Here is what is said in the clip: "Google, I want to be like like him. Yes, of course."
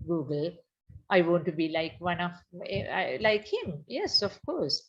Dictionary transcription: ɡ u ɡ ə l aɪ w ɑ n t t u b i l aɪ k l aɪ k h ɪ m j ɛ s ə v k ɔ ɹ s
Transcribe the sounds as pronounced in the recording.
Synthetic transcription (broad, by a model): ɡ u ɡ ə l aɪ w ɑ n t t u b i l aɪ k l aɪ k h ɪ m j ɛ s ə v k ɔ ɹ s